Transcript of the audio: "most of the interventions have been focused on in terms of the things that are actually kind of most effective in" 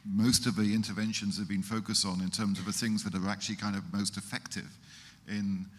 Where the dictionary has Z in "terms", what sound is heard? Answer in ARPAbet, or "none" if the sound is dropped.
Z